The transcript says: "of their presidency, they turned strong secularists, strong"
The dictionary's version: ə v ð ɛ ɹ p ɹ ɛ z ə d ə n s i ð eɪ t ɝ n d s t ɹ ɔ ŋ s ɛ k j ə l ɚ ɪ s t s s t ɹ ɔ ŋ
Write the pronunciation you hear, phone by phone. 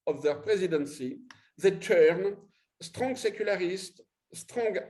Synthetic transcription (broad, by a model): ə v ð ɛ ɹ p ɹ ɛ z ə d ə n s i ð eɪ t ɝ n s t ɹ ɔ ŋ s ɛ k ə l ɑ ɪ s t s s t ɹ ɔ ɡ